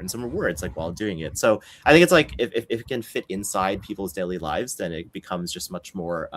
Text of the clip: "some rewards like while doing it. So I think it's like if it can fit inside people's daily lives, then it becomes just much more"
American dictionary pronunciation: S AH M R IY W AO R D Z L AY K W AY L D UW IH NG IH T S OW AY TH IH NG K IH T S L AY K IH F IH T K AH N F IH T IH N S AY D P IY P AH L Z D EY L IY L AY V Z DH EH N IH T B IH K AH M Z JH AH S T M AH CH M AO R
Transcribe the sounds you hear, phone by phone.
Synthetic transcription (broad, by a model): S AH M R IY W AO R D S L AY K W AY L D UW IH NG IH T S OW AY TH IH NG K IH T S L AY K IH F IH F K AH N F IH T IH N S AY D P IY P L Z D EY L IY L AY V Z DH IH N IH T B IH K AH M Z JH AH S T M AH CH M AO R